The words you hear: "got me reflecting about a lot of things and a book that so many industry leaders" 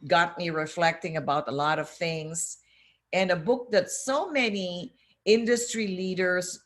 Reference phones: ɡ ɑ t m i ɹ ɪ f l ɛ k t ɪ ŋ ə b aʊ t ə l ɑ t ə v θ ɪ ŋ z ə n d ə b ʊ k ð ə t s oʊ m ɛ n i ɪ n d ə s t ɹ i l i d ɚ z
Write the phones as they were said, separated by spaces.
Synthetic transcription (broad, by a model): ɡ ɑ t m i ɹ ɪ f l ɛ k t ɪ ŋ ə b aʊ t ə l ɑ t ə v θ ɪ ŋ z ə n ə b ʊ k ð ə t s oʊ m ɛ n i ɪ n d ə s t ɹ i l i d ɚ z